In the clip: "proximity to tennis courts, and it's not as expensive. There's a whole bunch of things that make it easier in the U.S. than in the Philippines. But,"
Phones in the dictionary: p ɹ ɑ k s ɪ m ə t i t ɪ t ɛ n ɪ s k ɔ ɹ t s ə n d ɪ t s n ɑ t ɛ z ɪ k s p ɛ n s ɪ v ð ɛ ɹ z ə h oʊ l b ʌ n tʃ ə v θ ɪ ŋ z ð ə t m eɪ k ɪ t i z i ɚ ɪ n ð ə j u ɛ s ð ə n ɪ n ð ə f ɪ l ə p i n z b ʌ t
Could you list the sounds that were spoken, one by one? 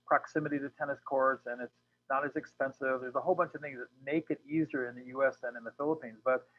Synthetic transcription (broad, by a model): p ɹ ɑ k s ɪ m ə t i t ɪ t ɛ n ɪ s k ɔ ɹ t s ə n ɪ t s n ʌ t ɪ z ɪ k s p ɛ n s ɪ v ð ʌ ɹ z ə h oʊ l b ʌ n tʃ ə v θ ɪ ŋ z ð ə t m eɪ k ɪ t i z i ɚ ɪ n ð ə j u ɛ s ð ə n ɪ n ð ə f ɪ l ə p i n z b ʌ t